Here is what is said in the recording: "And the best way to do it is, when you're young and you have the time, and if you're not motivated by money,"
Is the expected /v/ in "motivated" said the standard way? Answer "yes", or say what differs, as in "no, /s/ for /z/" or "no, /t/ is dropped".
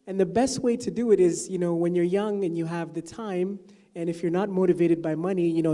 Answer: yes